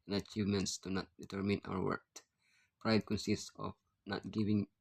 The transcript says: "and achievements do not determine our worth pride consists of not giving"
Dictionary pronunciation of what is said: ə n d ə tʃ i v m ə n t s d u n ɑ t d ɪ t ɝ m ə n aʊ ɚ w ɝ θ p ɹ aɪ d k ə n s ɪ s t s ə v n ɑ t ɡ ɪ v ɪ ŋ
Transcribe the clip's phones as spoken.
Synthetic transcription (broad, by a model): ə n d ə tʃ i v m ə n t s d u n ɑ t d ɪ t ɝ m ə n aʊ ɚ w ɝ t p ɹ aɪ d k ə n s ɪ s s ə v n ɑ t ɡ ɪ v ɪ ŋ